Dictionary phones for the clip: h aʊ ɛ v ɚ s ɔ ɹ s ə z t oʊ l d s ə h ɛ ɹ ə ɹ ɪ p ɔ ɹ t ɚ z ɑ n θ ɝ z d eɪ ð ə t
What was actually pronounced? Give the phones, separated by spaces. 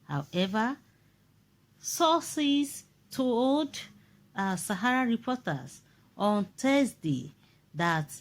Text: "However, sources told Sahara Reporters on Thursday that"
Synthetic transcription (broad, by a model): h aʊ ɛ v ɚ s ɔ s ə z t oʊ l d s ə h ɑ ɹ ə ɹ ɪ p ɔ t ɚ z ɑ n t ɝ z d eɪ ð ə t